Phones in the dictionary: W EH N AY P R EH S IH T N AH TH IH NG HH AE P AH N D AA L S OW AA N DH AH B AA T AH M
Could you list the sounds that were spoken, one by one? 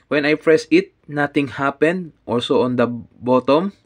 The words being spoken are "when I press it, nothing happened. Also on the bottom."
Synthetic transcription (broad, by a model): W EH N AY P R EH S IH T N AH T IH NG HH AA P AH N D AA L S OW AA N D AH B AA T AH M